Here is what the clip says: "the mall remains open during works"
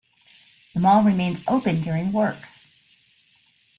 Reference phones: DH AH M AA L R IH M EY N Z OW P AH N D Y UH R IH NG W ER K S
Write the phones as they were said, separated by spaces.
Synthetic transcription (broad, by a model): DH AH M AA L R IH M EY N Z OW P AH N D Y UH R IH NG W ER K